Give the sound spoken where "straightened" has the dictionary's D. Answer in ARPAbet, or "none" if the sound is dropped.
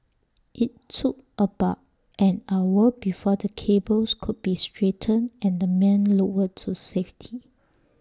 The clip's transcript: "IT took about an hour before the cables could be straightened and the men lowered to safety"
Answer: none